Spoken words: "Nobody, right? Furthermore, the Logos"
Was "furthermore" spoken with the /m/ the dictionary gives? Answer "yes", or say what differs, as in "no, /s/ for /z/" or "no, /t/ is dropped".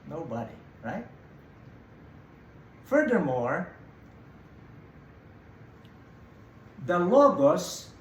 yes